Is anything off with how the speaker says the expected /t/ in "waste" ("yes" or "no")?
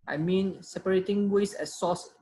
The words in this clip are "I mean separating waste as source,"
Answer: yes